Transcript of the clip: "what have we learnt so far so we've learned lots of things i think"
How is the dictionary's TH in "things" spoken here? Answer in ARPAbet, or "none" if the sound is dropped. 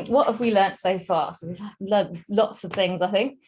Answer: TH